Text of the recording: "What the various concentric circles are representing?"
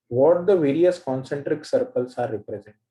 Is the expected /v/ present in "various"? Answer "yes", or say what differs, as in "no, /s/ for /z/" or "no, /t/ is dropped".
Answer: yes